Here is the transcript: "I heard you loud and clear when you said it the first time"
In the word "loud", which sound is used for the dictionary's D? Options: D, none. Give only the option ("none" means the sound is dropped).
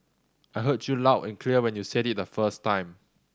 none